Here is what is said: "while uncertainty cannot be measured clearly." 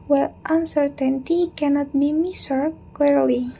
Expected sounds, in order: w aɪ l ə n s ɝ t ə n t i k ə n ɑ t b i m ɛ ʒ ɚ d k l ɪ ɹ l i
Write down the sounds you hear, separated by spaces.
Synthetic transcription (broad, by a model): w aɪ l ə n s ɝ t ə n t i k ə n ɑ t b i m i s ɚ k l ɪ ɹ l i